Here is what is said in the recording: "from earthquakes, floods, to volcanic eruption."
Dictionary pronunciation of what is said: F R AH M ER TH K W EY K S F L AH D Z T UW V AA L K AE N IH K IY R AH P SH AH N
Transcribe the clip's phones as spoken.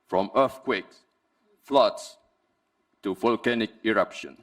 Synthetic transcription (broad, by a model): F R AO M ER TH K W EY K F L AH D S T UW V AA L K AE N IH K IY R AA P SH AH N